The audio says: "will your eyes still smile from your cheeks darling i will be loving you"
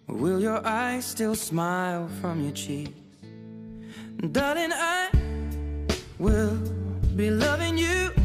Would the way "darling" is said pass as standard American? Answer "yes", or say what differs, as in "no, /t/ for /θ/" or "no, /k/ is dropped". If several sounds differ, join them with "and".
no, /l/ is dropped